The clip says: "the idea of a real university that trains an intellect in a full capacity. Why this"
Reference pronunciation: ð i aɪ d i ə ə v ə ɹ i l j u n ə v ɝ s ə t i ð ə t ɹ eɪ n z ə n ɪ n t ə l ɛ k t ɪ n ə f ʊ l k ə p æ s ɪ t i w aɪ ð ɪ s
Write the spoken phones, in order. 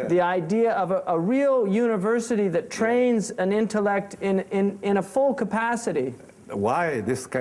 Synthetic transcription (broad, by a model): ð i aɪ d i ə ə v ə ɹ i l j u n ə v ɝ s ə t i ð ə t ɹ eɪ n z ə n ɪ n t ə l ɛ k t ɪ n ə f ʊ l k ə p æ s ɪ t i w aɪ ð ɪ s